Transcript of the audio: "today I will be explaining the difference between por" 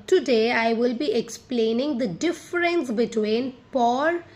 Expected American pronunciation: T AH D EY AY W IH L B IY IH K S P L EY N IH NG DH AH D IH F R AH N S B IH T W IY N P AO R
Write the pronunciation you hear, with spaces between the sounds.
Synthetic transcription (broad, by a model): T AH D EY AY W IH L B IY IH K S P L EY N IH NG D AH D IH F R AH N S B IH T W IY N P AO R